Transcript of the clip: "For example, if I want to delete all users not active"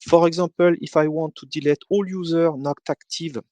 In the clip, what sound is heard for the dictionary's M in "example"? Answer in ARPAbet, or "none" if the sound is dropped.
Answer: none